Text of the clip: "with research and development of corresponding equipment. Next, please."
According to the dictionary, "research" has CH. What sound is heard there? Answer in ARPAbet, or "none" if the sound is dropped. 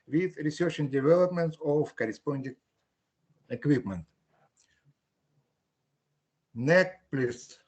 SH